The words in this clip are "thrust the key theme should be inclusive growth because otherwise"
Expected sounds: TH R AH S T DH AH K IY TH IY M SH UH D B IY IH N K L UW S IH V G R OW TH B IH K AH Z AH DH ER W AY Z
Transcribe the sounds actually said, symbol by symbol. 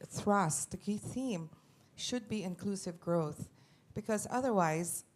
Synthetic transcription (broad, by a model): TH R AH S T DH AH K IY TH IY M SH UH D B IY IH N K L UW S IH V G R OW TH B IH K AH Z AH DH ER W AY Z